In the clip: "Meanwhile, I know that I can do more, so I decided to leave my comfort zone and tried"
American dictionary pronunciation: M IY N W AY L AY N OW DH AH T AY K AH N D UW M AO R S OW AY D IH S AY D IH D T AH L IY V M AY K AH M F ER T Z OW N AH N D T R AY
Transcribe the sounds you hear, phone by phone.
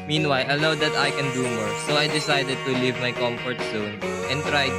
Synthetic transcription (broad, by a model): M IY N W AY L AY L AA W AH T AY K AH N D UW M AO R S OW AY D IH S AY D IH D T AH L IY V M AY K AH M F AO T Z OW N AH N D T R AY